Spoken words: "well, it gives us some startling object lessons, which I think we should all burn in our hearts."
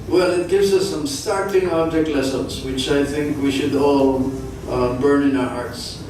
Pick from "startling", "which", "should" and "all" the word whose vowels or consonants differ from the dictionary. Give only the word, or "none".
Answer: startling